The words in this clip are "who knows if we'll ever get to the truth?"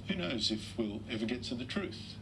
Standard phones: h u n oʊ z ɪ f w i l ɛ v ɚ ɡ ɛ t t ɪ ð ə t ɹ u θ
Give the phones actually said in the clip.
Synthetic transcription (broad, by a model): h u n oʊ z ɪ f w i l ɛ v ɚ ɡ ɛ t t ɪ ð ə t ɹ u θ